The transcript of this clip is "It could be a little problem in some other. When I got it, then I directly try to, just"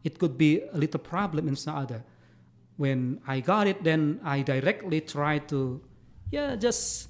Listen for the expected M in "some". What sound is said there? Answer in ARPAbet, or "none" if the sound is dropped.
none